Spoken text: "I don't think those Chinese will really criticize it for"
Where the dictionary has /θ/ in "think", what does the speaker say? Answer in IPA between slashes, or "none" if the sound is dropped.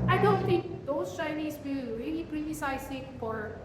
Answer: /t/